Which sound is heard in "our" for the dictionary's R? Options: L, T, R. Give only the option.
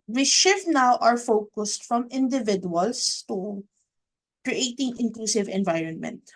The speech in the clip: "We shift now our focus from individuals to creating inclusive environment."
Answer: R